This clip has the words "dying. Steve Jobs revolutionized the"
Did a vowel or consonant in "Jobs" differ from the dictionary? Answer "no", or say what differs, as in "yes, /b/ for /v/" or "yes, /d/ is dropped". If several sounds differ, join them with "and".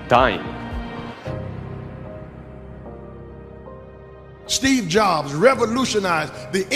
no